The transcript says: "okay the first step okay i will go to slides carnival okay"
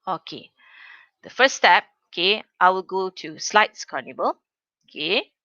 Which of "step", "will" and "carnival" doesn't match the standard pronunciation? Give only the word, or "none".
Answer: carnival